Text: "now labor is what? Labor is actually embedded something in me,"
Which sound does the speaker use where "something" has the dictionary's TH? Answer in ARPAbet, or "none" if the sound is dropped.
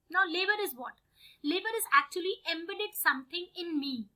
T